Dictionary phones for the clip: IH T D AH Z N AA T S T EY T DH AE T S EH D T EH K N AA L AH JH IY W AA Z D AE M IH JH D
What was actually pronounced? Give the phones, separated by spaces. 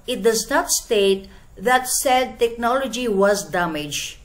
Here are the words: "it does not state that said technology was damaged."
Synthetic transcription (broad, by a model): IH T D AH Z N AA T S T EY T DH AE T S EH D T EH K N AA L AH JH IY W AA Z D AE M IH JH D